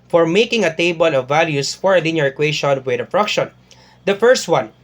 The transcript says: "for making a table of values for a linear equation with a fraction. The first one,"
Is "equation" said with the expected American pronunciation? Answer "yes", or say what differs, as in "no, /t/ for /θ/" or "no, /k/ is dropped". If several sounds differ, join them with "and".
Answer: no, /ʃ/ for /ʒ/